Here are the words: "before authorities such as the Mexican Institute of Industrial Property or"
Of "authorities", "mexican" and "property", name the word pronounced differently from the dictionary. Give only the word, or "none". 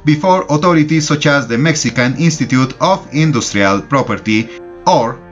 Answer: authorities